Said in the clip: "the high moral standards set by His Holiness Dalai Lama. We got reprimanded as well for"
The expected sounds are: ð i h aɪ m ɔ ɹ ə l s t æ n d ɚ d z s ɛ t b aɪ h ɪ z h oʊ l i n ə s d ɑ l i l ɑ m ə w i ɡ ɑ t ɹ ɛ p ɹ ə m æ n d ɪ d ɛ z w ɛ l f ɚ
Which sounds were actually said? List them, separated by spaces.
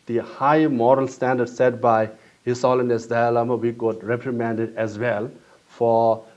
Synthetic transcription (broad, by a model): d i h aɪ m ɔ ɹ ə l s t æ n d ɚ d s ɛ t b aɪ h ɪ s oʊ l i n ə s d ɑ ɑ l ɑ m ə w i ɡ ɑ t ɹ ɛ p ɹ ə m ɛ n d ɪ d ɛ z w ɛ l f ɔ